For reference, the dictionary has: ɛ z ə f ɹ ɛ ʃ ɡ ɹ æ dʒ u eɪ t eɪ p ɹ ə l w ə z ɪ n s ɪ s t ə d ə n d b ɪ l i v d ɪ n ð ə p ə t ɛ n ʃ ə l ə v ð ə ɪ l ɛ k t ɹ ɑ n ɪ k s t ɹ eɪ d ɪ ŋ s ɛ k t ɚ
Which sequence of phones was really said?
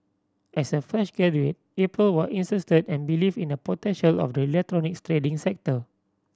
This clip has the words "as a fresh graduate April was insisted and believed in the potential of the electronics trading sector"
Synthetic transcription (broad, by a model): ɛ s ə f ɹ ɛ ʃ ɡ ɛ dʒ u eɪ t eɪ p ɹ ə l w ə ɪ n s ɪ s t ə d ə n b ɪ l i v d ɪ n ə p ə t ɛ n ʃ ə l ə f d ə ɪ l ɛ k t ɹ ɑ n ɪ k s t ɹ eɪ d ɪ ŋ s ɛ k t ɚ